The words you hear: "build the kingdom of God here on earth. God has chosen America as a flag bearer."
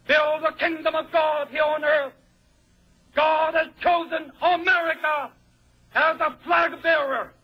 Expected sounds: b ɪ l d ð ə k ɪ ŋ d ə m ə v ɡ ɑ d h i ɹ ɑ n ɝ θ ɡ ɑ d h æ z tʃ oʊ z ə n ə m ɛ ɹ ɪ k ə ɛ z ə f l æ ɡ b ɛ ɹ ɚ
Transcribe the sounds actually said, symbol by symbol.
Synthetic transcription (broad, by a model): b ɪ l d ð ə k ɪ ŋ d ə m ə v ɡ ɑ d h i ɹ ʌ n ɝ θ ɡ ɑ d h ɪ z tʃ oʊ z ə n ə m ɛ ɹ ɪ k ə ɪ z ə f l æ ɡ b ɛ ɹ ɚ